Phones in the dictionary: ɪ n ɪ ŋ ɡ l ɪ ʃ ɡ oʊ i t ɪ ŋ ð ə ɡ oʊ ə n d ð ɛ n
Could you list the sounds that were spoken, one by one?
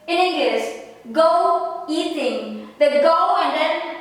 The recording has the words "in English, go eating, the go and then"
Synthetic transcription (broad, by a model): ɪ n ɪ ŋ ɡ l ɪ s ɡ oʊ i t ɪ ŋ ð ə ɡ oʊ ə n d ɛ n